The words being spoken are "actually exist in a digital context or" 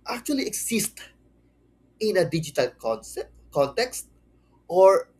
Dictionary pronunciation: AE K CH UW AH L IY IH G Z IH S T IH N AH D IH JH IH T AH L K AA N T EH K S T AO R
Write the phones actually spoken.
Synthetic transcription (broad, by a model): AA K CH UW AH L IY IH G S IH S T IH N AH D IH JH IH T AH L K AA N T EH K S T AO R